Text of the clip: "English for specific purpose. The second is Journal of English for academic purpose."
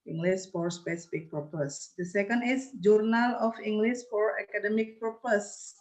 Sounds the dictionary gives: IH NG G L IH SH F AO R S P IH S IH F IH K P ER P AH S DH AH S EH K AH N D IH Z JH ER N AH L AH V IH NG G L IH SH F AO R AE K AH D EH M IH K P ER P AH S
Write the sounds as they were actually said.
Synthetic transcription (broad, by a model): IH NG G L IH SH F AO R S P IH S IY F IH K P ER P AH S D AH S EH K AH N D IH S JH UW N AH L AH F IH NG G L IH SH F AO R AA K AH D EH M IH K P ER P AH S